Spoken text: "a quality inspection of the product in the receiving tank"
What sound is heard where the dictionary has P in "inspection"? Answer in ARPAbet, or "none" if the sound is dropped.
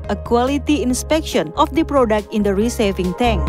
P